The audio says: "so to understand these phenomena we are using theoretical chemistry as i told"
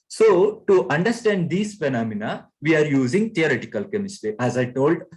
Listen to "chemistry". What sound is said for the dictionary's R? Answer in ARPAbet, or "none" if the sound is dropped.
none